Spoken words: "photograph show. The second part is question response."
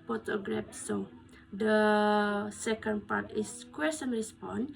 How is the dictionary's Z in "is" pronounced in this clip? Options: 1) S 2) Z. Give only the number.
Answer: 1